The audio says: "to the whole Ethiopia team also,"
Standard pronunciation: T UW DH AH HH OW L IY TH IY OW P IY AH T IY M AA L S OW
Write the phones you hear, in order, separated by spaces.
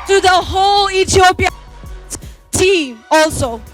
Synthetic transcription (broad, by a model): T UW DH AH HH OW L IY T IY OW P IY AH T IY M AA L S OW